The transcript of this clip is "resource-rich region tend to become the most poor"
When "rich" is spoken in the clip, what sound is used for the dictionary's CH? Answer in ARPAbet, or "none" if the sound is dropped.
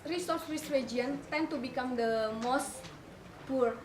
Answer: S